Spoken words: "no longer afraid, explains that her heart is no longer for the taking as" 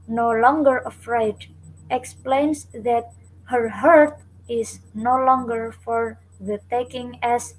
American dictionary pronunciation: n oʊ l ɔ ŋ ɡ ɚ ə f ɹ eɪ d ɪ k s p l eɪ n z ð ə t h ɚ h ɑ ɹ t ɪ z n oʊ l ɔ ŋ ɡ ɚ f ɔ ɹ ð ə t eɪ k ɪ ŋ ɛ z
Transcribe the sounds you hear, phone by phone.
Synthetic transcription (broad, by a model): n oʊ l ɔ ŋ ɡ ɚ ə f ɹ eɪ d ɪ k s p l eɪ n s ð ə t h ɚ h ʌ ɹ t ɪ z n oʊ l ɔ ŋ ɡ ɚ f ɔ ɹ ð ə t eɪ k ɪ ŋ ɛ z